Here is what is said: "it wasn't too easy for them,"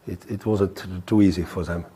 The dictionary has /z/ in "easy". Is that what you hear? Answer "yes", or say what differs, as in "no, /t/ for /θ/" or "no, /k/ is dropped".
yes